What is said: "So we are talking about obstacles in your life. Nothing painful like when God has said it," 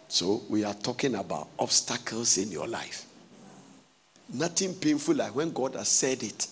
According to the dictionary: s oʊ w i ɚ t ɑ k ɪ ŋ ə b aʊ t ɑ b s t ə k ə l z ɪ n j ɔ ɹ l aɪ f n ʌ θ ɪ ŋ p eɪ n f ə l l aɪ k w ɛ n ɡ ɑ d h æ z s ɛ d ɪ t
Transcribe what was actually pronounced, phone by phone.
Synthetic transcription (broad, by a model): s oʊ w i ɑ t ɑ k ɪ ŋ ə b aʊ t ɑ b s t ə k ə l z ɪ n j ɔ l aɪ f n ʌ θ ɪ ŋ p eɪ n f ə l l aɪ k w ɛ n ɡ ɑ d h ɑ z s ɛ d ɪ t